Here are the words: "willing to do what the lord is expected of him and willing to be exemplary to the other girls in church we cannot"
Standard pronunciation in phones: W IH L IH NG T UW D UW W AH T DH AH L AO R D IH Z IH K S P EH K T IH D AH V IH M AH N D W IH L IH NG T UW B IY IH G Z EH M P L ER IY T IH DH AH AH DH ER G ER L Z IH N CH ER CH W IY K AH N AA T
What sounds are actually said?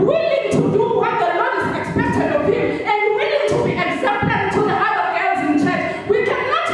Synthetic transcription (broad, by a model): W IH L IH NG T UW D UW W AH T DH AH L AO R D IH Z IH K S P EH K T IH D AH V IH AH N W W IH L IH NG T UW B IY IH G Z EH P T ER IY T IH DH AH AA ER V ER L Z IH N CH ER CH W IY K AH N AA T